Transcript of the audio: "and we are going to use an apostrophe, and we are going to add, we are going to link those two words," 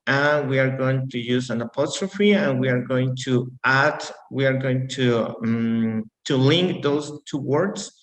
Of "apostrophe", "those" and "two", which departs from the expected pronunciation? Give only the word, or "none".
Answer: those